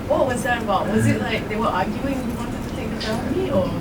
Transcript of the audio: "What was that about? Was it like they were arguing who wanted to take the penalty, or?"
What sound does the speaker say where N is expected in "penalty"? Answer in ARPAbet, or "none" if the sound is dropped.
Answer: none